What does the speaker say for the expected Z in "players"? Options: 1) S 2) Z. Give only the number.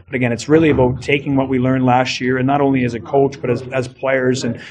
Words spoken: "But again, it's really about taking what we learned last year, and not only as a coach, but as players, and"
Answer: 2